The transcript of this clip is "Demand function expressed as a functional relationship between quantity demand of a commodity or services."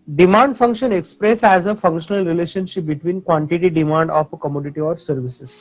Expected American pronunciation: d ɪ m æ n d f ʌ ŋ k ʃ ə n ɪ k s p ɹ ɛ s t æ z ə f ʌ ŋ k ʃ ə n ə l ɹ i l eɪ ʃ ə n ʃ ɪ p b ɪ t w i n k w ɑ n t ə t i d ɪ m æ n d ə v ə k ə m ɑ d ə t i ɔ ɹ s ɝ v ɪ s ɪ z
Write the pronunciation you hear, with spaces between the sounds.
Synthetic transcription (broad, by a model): d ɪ m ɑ n d f ʌ ŋ k ʃ ə n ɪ k s p ɹ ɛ s æ z ə f ʌ ŋ k ʃ ə n ə l ɹ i l eɪ ʃ ə n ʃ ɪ p b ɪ t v i n k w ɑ n t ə t i d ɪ m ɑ n d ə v k ə m ɑ d ə t i ɔ ɹ s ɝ v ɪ s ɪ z